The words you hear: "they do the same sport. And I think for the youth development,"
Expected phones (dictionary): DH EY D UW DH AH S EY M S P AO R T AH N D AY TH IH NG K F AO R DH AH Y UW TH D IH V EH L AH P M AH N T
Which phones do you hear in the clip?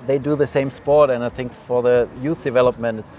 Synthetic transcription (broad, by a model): DH EY D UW DH AH S EY M S P AO R T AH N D AY TH IH NG K F AO R DH AH Y UW TH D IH V EH L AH P M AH N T